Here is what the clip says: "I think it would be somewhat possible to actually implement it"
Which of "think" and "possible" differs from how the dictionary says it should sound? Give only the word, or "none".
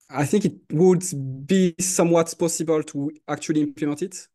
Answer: none